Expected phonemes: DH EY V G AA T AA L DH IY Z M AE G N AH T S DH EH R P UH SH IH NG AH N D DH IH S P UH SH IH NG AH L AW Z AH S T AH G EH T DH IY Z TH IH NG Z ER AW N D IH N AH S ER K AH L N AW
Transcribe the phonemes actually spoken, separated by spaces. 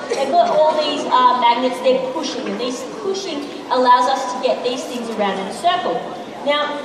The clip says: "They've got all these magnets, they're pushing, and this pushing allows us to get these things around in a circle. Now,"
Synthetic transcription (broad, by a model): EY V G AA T AA L DH IY Z M AE G N AH T S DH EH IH P UH SH IH NG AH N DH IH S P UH SH IH NG AH L AW Z AH S T AH G EH T DH IY Z TH IH NG Z ER AW N D IH N AH S ER K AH L N AW